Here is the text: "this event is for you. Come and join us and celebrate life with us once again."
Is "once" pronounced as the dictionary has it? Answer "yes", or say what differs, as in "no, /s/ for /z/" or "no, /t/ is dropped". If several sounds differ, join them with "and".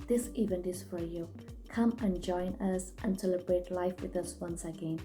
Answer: yes